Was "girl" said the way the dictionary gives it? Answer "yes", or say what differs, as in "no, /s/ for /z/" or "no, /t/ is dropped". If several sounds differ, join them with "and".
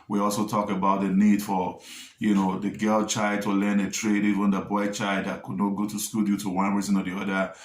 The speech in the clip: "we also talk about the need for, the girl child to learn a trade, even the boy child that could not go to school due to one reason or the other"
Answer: yes